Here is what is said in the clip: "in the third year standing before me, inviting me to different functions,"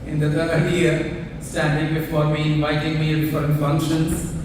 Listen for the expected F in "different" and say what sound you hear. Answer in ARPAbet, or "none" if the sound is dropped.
none